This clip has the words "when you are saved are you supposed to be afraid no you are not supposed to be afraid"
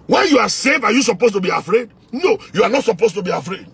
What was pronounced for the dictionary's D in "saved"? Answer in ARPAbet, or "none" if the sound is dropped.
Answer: none